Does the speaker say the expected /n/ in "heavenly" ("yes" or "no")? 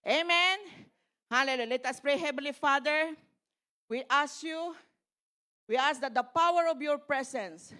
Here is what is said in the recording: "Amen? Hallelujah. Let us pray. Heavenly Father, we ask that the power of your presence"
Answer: no